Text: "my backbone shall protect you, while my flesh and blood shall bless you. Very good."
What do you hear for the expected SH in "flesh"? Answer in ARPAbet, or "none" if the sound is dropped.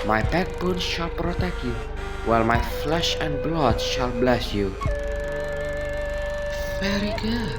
SH